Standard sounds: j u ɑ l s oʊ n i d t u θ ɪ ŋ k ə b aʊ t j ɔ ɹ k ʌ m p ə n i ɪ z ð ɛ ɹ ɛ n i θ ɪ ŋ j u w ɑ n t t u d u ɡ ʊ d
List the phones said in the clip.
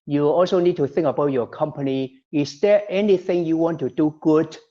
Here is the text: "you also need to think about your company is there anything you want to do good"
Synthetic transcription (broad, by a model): j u ɑ l s oʊ n i d t u θ ɪ ŋ k ə b aʊ t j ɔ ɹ k ʌ m p ə n i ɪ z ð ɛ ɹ ɛ n i θ ɪ ŋ j u w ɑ n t t u d u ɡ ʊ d